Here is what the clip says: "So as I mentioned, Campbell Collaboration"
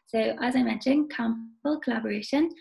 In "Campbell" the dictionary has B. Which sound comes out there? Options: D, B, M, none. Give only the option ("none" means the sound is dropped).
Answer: none